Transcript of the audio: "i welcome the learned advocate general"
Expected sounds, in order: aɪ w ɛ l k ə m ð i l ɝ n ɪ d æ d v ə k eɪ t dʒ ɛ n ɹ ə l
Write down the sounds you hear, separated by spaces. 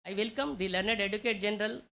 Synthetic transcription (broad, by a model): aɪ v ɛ l k ə m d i l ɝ n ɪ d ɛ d ə k eɪ t dʒ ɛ n ɹ ə l